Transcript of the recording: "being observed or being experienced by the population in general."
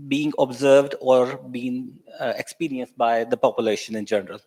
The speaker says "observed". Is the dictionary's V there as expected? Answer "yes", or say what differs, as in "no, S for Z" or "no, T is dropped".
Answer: yes